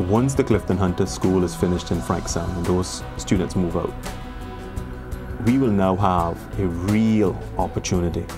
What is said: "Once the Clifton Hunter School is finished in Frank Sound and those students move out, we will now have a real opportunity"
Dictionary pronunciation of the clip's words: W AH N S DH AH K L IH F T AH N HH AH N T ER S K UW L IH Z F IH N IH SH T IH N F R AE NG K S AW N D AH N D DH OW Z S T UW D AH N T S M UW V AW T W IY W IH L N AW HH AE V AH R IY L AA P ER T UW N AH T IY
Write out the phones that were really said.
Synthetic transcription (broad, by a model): W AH N S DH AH K L IH F T AH N HH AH N T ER S K UW L IH Z F IH N IH SH T IH N F R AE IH K S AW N AH N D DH OW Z S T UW D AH N T S M UW V AW T W IY W IH L N AW HH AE V AH R IY L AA P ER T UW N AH T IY